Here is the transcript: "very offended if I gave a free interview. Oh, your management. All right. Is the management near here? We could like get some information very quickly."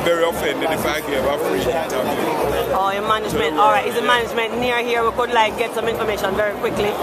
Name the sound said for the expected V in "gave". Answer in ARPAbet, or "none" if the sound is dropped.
none